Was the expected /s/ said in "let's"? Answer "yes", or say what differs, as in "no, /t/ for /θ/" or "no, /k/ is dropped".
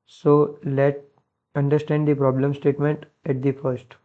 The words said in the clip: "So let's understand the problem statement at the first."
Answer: no, /s/ is dropped